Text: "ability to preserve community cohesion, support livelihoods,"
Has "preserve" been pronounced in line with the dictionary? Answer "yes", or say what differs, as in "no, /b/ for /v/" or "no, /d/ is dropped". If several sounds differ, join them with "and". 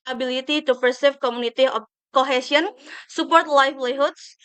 no, /ɹ/ is dropped and /s/ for /z/